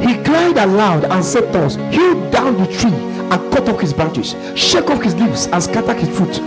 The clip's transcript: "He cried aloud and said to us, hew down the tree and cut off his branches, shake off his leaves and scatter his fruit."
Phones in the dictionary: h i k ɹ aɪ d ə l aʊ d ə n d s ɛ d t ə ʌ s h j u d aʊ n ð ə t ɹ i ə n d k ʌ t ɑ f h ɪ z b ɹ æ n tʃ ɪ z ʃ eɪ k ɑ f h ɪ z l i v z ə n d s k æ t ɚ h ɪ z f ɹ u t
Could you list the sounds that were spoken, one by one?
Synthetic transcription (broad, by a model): h i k l aɪ d ə l aʊ d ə n s ɛ d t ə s h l d aʊ n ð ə t ɹ i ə n k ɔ t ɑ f h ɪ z b ɹ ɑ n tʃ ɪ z ʃ eɪ k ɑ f h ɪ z l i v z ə n s k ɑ t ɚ h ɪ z f ɹ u t